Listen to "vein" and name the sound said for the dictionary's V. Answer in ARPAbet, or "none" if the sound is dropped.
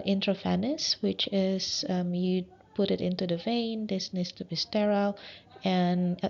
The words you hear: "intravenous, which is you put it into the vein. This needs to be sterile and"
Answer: V